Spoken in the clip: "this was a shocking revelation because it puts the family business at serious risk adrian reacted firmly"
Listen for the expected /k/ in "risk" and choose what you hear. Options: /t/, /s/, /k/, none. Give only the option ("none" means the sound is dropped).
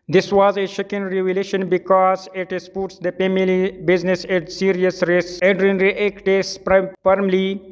none